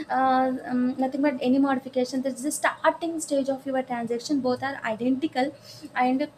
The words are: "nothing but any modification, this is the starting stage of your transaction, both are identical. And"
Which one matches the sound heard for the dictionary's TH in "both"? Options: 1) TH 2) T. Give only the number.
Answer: 2